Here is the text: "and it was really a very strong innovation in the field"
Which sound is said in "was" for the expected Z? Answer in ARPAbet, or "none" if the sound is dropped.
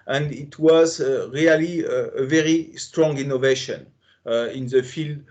Z